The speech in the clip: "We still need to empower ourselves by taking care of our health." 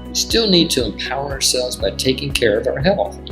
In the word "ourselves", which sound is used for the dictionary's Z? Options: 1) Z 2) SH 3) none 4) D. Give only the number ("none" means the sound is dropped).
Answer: 1